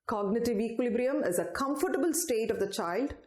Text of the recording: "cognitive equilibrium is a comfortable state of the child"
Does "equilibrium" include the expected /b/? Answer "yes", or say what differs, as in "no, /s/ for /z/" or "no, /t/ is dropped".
yes